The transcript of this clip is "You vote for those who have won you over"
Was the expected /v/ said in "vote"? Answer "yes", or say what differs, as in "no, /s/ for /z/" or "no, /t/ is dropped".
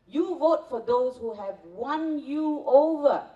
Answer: yes